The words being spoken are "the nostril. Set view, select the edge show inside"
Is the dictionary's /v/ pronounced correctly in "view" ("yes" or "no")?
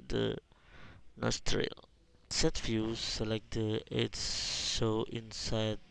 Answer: no